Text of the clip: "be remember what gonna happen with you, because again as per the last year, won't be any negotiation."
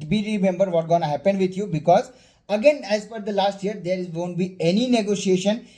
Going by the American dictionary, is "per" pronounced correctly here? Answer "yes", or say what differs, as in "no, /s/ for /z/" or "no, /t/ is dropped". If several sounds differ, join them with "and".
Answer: no, /f/ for /p/